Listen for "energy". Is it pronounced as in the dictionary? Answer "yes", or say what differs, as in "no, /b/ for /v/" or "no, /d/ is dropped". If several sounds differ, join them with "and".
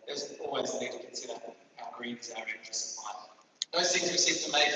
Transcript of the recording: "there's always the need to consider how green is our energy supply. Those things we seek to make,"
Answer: no, /n/ is dropped